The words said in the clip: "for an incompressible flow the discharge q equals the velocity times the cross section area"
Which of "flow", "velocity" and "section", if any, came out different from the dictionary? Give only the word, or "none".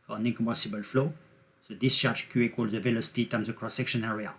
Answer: none